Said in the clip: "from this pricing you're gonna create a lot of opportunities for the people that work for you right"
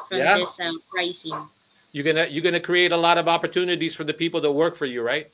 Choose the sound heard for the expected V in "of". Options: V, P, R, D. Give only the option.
V